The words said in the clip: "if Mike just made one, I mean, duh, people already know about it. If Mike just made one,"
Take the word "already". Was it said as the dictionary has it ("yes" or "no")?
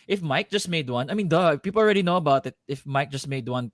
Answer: yes